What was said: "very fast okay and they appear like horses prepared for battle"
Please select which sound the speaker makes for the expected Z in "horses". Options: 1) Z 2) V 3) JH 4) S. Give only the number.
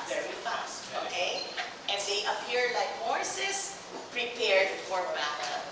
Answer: 4